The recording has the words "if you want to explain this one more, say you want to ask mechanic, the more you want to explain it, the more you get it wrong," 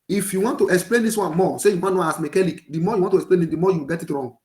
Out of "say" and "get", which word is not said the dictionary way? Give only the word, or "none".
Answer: none